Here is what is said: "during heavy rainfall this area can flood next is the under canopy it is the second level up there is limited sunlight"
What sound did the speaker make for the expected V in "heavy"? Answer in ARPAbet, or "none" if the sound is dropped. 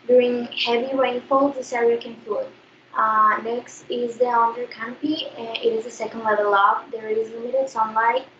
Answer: V